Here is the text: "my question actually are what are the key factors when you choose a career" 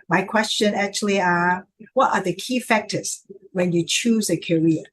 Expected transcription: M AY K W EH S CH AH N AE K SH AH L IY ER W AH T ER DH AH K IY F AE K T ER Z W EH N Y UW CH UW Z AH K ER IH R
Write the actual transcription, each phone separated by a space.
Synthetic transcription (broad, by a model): M AY K W EH S CH AH N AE K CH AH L IY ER W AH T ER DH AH K IY F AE K T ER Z W EH N Y UW CH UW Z AH K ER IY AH